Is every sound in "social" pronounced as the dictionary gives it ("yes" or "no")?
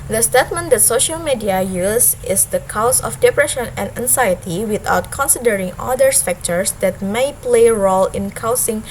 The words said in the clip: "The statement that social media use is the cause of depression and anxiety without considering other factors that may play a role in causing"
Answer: yes